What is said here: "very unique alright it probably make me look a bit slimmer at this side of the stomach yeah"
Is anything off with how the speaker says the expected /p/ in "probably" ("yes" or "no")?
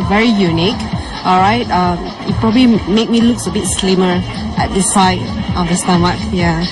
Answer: no